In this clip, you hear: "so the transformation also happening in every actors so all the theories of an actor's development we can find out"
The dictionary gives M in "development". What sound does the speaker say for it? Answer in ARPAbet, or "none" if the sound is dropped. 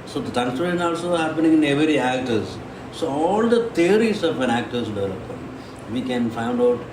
none